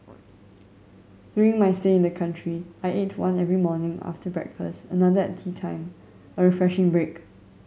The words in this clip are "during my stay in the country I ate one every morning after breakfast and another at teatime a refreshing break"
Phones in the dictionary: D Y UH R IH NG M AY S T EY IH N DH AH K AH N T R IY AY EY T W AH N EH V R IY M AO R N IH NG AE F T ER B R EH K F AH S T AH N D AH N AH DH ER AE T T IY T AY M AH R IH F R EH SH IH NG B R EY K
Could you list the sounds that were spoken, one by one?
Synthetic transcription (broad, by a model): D Y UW R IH NG M AY S T EY IH N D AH K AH N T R IY AY EY T W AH N EH V R IY M AO N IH NG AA F T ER B R EH K F AH S T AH N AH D AH ER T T IY T AY M AH R IH F R EH SH IH NG B R EY K